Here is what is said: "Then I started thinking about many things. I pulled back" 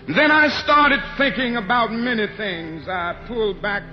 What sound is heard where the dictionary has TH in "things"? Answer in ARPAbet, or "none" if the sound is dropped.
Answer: TH